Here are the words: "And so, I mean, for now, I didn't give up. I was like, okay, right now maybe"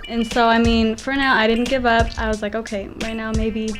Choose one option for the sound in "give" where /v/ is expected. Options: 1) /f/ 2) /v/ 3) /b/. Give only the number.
2